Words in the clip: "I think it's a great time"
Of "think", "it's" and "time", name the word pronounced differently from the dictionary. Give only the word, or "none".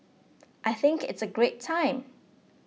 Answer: none